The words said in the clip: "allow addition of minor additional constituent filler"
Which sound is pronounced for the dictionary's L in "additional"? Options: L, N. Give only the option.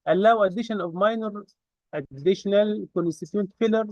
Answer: L